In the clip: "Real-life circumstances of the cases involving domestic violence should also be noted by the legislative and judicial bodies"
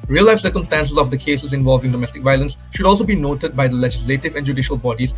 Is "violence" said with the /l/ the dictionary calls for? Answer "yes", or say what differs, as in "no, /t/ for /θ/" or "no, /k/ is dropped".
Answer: yes